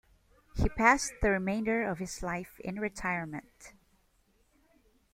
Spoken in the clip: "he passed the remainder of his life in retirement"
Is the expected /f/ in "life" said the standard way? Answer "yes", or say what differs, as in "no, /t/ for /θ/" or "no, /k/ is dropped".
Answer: yes